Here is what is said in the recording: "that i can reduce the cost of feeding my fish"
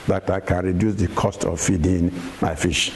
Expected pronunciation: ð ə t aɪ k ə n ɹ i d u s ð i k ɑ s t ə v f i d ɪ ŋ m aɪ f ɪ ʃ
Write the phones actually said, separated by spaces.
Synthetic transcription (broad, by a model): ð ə t aɪ k ə n ɹ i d u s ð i k ɑ s t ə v f i d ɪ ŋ m aɪ f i ʃ